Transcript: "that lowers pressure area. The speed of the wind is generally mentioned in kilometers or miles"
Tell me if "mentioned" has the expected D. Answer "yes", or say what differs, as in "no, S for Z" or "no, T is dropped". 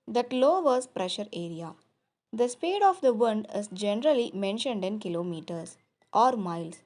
yes